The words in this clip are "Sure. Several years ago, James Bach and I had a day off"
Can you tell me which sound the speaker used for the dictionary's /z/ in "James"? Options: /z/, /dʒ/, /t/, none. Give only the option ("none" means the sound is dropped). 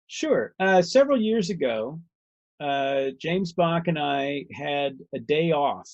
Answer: /z/